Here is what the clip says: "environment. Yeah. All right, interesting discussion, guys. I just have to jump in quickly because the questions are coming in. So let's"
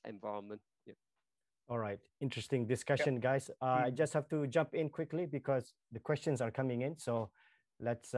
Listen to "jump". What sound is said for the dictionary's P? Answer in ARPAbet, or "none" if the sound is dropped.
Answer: P